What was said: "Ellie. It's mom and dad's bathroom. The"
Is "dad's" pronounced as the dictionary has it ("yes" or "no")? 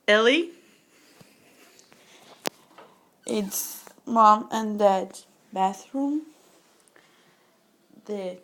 no